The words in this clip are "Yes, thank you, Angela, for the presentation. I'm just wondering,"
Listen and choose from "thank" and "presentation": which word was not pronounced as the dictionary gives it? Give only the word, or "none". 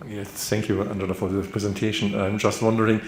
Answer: none